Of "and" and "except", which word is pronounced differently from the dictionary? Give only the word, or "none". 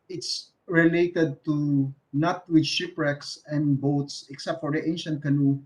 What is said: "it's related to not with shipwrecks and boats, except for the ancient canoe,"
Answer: none